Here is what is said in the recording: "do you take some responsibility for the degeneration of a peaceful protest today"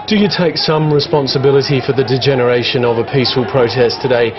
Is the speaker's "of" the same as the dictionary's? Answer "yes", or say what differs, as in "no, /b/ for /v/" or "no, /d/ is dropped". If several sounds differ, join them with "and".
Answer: yes